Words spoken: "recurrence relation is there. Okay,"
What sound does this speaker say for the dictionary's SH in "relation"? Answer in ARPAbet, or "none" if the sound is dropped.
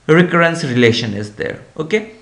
SH